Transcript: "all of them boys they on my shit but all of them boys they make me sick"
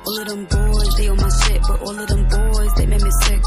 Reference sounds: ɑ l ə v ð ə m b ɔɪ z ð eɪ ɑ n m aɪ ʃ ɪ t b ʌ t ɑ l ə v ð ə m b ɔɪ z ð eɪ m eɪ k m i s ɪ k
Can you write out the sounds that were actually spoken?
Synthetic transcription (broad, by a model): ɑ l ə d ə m b ɔɪ z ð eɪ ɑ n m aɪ s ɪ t b ʌ t ɑ l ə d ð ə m b ɔɪ z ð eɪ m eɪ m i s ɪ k